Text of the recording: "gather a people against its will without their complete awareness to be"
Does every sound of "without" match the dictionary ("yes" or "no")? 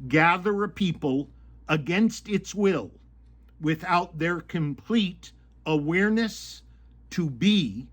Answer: yes